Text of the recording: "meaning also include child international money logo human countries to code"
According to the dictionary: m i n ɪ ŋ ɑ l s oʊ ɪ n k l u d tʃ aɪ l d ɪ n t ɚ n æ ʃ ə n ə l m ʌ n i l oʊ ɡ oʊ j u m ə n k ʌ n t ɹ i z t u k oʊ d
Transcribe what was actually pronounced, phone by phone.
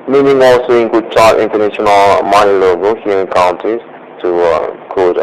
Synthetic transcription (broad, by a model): m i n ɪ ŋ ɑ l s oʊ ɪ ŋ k u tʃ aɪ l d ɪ n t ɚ n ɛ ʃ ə n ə l m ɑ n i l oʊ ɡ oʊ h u ə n k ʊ n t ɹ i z t u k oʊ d